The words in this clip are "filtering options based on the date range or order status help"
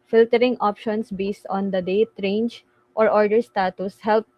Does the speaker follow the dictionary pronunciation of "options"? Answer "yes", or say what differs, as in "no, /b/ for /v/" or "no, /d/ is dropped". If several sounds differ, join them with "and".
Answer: no, /s/ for /z/